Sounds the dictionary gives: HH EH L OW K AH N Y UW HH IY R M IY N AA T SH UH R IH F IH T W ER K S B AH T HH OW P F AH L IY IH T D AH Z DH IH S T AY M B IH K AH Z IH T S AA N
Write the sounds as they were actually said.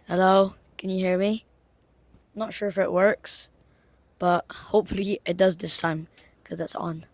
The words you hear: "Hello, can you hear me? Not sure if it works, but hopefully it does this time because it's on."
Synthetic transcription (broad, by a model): HH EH L OW K AH N Y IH HH IY R M IY N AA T SH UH R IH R IH T W ER K S B AH T HH OW P F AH L IY IH T D AH Z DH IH S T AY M K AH Z IH T S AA N